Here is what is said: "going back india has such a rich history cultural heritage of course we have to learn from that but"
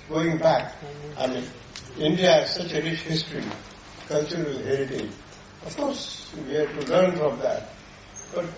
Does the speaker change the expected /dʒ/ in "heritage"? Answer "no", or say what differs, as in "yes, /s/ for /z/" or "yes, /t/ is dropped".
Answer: yes, /dʒ/ is dropped